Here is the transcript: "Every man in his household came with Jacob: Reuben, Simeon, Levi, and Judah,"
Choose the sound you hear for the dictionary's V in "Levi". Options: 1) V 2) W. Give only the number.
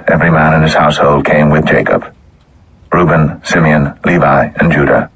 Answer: 1